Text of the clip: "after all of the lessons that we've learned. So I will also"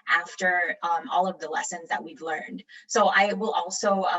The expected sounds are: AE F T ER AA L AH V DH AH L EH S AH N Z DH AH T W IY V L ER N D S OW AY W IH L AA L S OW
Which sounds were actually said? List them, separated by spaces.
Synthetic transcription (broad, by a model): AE F T ER AA L AH V DH AH L EH S AH N Z DH AH T W IY V L ER N D S OW AY W IH L AA L S OW